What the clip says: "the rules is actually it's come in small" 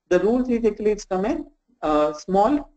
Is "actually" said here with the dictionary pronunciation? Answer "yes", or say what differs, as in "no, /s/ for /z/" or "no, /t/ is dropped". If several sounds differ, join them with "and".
no, /tʃ/ is dropped